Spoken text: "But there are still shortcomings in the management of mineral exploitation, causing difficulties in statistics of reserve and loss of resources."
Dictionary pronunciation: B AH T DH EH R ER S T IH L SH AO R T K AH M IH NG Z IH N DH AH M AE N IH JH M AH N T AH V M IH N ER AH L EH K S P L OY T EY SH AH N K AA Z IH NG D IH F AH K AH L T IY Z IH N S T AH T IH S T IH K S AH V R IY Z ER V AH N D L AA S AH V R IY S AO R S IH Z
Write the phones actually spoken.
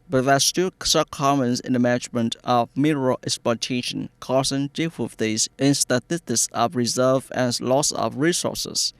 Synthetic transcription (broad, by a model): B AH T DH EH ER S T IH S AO K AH M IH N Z IH N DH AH M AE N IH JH M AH N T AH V M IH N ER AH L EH K S P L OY T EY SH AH N K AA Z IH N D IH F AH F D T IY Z IH N S T AH T IH S T IH K S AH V R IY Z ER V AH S L AA S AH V R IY S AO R S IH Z